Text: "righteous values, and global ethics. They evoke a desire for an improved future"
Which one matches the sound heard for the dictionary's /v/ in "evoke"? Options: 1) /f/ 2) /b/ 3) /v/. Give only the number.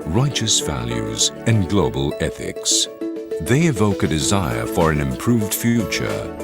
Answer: 3